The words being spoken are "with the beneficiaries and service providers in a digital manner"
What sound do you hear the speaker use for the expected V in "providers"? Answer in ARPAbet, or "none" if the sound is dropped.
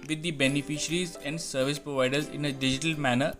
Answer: V